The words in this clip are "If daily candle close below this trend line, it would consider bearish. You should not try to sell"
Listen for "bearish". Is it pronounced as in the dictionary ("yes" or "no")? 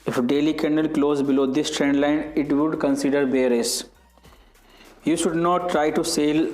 no